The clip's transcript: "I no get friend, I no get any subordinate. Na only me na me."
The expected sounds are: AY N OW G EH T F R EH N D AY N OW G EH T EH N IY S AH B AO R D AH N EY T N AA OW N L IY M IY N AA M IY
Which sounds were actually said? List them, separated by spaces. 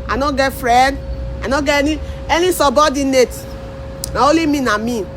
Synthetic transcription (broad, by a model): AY N OW G EH T F R EH N D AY N OW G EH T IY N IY S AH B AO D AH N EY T N AA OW L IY M IY N AA M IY